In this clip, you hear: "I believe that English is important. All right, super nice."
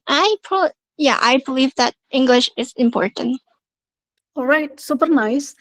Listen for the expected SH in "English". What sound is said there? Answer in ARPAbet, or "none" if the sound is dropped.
SH